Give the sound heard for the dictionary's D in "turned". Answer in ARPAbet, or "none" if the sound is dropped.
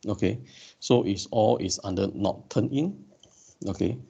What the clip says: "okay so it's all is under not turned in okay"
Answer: none